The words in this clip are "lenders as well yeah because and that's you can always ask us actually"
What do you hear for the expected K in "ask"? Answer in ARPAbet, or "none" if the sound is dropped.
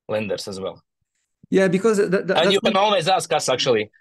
K